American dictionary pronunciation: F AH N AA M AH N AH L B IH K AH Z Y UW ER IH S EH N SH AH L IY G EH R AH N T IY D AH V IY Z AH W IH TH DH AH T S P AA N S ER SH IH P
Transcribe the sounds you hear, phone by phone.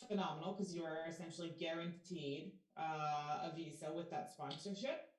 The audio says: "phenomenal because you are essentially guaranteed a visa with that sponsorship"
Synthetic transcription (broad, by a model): F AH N AA M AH N L K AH Z Y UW ER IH S EH N SH L IY G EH R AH N T IY D AH V IY Z AH W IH DH AH T S P AA N S ER SH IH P